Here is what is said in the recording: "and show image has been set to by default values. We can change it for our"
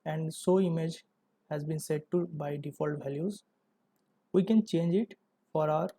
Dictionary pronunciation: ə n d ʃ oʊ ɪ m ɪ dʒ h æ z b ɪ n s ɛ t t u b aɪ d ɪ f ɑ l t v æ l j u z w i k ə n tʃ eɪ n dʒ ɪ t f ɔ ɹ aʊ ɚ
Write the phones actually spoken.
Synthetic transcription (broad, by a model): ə n d s oʊ ɪ m ɪ dʒ h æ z b ɪ n s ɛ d t u b aɪ d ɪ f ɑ l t v æ l j u z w i k ə n tʃ eɪ n dʒ ɪ t f ɔ ɹ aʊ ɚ